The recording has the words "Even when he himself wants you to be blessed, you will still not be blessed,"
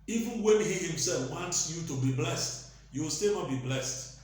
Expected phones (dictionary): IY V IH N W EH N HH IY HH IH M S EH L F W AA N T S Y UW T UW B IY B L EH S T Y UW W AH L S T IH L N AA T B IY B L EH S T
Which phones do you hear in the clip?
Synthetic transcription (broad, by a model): IY V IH N W EH N HH IY HH IH M S EH L F W AA N T S Y UW T UW B IY B L EH S T Y UW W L S T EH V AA B IY B L EH S T